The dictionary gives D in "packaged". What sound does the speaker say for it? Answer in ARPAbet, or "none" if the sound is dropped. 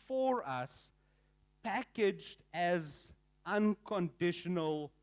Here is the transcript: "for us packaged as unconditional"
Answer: D